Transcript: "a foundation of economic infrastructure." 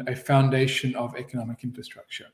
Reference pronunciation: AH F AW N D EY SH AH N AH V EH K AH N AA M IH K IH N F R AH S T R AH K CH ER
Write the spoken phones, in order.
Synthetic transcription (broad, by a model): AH F AW N D EY SH AH N AH V EH K AH N AA M IH K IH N F R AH S T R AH K CH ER